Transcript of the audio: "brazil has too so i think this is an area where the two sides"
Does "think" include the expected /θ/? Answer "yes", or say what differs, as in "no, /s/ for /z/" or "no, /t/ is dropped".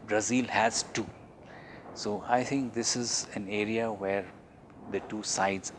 no, /t/ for /θ/